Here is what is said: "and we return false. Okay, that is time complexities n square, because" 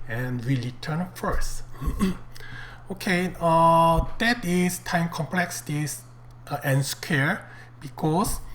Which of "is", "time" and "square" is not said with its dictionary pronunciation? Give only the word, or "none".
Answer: is